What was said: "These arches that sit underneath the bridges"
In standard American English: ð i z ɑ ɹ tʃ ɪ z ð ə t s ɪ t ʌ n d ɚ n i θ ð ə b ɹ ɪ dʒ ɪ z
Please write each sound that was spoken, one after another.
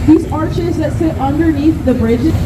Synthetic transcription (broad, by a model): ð i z ɑ ɹ tʃ ɪ z ð ə t s ɪ t ʌ n d ɚ n i θ ð ə b ɹ ɪ dʒ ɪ